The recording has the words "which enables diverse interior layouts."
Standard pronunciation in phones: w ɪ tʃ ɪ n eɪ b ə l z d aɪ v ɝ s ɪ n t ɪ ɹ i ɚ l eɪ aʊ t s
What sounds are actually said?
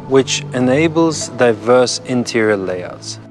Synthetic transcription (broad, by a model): w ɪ tʃ ɪ n eɪ b ə l z d aɪ v ɝ s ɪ n t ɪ ɹ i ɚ l eɪ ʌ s